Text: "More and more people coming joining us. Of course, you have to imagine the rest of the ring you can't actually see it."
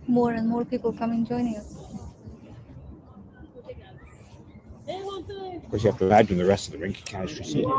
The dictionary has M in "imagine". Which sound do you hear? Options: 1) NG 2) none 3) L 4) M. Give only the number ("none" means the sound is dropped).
2